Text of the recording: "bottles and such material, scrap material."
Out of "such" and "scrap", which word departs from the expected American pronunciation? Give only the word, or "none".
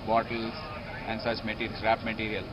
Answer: scrap